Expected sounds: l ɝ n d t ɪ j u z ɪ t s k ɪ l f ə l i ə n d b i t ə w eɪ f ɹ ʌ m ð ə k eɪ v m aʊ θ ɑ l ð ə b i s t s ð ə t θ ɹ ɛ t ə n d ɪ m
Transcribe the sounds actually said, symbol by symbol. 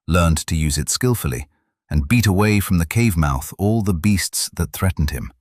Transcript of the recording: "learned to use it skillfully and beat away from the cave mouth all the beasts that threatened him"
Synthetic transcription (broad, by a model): l ɝ n t ɪ j u z ɪ t s k ɪ l f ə l i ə n b i t ə w eɪ f ɹ ʌ m ð ə k eɪ v m aʊ θ ɑ l ð ə b i s t s ð ə t θ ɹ ɛ t n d ɪ m